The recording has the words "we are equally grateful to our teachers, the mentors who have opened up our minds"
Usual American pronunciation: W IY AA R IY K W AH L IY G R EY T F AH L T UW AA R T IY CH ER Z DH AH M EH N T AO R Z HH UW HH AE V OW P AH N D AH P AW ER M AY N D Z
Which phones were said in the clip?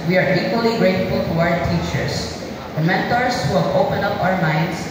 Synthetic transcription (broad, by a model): W IY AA R IY K W AH L IY G R EY T F AH L T UW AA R T IY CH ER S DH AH M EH N T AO R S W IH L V OW P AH N AH P AW ER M AY N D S